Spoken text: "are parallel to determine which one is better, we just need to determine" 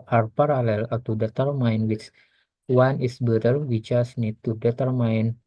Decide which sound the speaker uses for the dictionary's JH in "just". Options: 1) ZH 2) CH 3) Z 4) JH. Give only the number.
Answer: 2